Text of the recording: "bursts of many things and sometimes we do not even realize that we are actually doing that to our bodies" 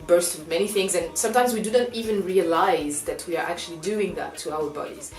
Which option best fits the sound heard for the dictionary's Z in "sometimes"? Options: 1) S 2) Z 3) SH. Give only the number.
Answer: 2